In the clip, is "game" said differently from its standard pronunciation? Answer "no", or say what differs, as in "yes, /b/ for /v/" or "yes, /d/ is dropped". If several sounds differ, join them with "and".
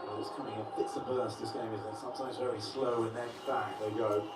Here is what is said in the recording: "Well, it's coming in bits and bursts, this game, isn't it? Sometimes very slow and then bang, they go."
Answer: yes, /m/ is dropped